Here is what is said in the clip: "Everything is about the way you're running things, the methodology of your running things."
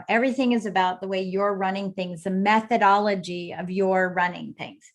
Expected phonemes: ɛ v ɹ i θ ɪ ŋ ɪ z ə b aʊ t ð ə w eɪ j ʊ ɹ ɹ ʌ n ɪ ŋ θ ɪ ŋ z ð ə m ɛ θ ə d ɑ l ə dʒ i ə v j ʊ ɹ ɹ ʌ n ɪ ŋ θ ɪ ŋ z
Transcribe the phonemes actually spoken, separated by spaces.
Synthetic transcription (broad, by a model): ɛ v ɹ i θ ɪ ŋ ɪ z ə b aʊ t ð ə w eɪ j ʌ ɹ ɹ ʌ n ɪ ŋ θ ɪ ŋ z ð ə m ɛ θ ə d ɑ l ə dʒ i ə v j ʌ ɹ ɹ ʌ n ɪ ŋ θ ɪ ŋ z